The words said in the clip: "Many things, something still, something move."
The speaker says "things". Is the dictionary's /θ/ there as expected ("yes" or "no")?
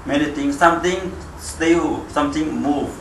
no